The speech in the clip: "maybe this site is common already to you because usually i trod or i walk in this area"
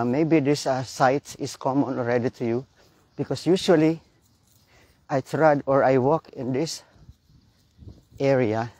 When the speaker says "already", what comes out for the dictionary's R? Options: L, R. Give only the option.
R